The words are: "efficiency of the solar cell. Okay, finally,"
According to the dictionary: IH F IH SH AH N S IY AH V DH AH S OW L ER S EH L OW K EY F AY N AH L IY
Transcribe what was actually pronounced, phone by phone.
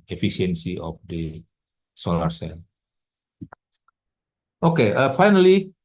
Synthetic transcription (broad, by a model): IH F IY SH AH N S IY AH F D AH S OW L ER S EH N OW K EY F AY N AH L IY